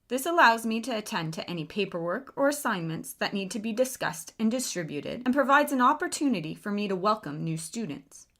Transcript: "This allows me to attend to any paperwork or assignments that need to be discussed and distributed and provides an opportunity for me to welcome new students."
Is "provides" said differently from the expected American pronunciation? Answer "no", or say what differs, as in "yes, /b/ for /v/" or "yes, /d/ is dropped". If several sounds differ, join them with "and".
no